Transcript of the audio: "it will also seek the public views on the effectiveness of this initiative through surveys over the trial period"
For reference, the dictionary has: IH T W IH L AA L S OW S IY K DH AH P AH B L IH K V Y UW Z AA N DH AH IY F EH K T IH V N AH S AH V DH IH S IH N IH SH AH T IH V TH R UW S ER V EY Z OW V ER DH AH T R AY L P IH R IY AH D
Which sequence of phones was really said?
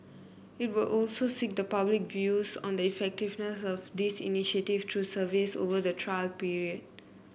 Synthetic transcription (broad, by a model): IH T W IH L AA L S OW S IY K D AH P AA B L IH K V Y UW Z AA N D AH IY F EH K T IH V N AH S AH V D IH S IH N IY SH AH T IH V T R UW S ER V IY S OW V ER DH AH T R AY L P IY R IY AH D